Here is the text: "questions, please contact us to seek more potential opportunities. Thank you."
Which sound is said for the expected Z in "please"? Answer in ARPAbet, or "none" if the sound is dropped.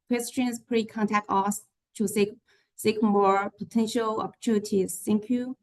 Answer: none